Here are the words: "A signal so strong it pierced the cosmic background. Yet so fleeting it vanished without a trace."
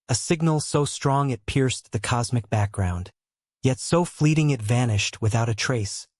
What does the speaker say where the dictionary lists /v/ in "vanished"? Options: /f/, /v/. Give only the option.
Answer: /v/